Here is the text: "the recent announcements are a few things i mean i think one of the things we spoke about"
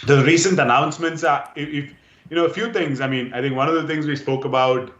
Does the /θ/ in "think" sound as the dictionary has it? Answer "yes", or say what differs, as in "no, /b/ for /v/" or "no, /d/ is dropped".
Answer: no, /t/ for /θ/